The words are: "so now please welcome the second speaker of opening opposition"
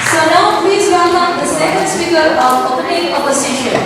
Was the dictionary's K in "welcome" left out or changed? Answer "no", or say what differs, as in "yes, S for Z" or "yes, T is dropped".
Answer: yes, K is dropped